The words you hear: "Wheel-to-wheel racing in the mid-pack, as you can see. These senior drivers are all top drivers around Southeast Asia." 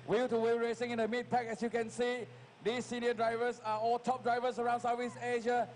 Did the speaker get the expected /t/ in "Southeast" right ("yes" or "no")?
no